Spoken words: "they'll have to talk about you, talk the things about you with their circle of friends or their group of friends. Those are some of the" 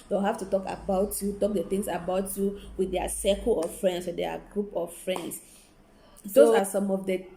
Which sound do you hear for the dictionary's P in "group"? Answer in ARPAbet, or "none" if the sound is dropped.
P